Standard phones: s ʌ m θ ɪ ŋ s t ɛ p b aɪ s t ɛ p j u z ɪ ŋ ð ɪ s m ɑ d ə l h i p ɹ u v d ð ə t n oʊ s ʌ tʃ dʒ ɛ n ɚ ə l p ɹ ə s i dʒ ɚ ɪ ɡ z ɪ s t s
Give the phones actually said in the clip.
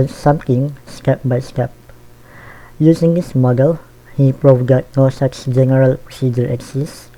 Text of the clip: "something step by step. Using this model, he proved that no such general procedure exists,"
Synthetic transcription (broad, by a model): s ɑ m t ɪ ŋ s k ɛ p b aɪ s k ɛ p j u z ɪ ŋ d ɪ s m ɑ d ə l h i p ɹ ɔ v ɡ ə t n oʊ s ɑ s dʒ ɛ n ɚ ə l p ɹ ə s i dʒ ɚ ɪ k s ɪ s s